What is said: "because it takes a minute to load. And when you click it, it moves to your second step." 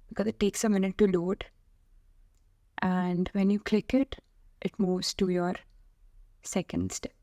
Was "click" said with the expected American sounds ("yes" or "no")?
yes